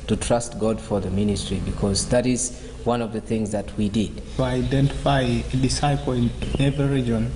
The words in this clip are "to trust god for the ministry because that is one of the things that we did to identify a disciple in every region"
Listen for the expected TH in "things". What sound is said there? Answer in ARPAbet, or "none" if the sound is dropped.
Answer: TH